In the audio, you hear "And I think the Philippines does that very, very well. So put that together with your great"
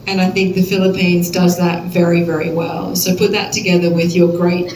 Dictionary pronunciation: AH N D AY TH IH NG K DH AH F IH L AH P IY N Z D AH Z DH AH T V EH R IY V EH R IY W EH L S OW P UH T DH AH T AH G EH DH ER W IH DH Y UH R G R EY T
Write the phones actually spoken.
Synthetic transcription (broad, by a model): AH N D AY TH IH NG K DH AH F IH L AH P IY N Z D AH Z DH AH T V EH R IY V EH R IY W EH L S OW P UH T DH AH T AH G EH DH ER W IH DH Y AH R G R EY T